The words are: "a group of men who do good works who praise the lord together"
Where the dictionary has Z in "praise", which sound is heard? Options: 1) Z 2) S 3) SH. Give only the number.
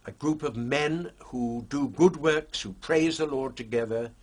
1